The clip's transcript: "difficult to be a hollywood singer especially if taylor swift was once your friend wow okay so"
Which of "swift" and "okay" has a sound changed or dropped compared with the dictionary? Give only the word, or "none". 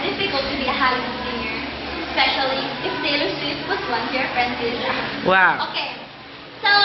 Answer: swift